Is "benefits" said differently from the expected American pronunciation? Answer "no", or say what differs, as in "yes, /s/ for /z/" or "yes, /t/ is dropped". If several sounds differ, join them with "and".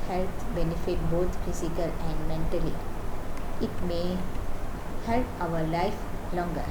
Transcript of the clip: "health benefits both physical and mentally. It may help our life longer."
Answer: yes, /s/ is dropped